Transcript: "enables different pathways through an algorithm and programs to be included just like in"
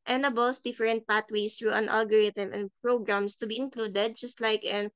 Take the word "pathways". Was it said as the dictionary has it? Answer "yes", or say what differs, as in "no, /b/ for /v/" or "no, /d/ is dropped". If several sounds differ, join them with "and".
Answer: no, /t/ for /θ/ and /s/ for /z/